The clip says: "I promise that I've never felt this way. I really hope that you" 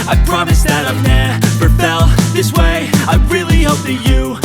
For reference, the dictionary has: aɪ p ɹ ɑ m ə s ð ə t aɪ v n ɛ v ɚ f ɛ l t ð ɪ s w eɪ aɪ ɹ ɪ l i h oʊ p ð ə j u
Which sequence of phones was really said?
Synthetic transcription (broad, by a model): aɪ p ɹ ɑ m ə s ð ə t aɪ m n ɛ p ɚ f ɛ l ð ɪ s w eɪ aɪ ɹ ɪ l i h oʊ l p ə j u